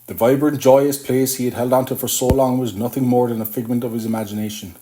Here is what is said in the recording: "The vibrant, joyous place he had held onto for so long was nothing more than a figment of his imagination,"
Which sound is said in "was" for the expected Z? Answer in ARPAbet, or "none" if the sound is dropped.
Z